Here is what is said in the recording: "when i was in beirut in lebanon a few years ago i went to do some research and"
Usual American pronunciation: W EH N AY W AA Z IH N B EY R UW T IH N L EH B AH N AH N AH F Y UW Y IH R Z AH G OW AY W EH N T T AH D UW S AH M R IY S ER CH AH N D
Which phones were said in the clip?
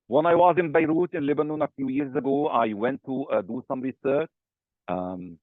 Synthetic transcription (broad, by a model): W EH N AY W AA Z IH N B EY R UW T IH N L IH B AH N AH N AH F Y UW Y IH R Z AH G OW AY W EH N T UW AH D UW S AH M R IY S ER CH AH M